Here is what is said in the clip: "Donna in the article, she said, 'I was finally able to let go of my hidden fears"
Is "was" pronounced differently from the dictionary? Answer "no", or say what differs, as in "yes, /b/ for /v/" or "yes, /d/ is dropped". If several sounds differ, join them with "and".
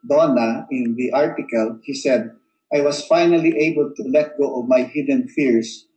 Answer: yes, /s/ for /z/